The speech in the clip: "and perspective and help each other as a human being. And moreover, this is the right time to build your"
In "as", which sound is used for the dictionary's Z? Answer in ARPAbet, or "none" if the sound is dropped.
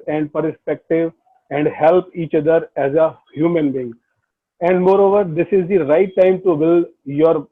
Z